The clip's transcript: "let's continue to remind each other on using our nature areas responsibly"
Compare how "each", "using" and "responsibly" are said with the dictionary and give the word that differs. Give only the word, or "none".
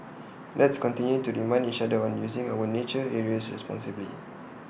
none